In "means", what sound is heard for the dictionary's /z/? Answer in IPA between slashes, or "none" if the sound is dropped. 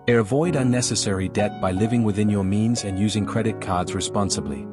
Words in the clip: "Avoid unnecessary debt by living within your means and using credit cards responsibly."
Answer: /z/